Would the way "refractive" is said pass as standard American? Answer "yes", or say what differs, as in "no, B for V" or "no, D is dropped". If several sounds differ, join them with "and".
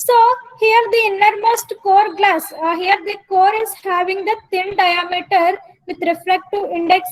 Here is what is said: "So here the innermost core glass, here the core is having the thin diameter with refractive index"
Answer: no, V is dropped